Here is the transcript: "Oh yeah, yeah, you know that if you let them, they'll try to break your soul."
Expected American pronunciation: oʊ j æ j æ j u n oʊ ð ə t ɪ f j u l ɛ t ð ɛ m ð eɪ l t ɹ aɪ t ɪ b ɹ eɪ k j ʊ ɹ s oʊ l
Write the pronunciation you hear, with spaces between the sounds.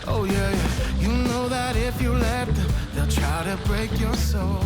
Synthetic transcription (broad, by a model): oʊ j æ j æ j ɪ n oʊ ð ə t ɪ f j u l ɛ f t ð eɪ l t ɹ aɪ t ɪ b ɹ eɪ k j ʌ ɹ s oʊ l